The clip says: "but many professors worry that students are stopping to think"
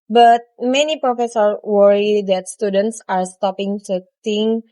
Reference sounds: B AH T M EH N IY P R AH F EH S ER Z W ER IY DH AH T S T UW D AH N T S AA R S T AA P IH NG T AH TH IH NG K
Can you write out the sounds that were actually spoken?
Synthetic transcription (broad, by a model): B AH T M EH N IY P R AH F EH S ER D W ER IY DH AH T S T UW D AH N T S AA R S T AA P IH NG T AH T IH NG